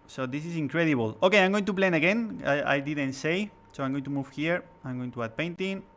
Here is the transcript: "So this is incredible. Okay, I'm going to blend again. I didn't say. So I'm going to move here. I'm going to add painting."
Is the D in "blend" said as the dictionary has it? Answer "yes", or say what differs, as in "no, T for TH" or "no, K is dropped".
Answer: no, D is dropped